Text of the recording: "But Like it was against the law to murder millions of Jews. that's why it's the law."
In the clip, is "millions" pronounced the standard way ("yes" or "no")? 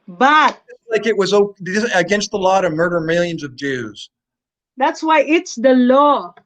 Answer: yes